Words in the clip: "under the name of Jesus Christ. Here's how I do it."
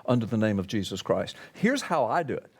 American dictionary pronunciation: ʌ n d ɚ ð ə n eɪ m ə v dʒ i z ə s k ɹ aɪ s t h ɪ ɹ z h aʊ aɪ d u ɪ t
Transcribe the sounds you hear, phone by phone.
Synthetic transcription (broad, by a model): ʌ n d ɚ ð ə n eɪ m ə v dʒ i z ə s k ɹ aɪ s t h ɪ ɹ z h aʊ aɪ d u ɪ t